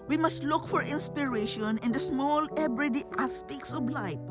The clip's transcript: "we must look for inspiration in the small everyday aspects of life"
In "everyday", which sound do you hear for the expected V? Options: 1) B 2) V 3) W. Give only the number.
1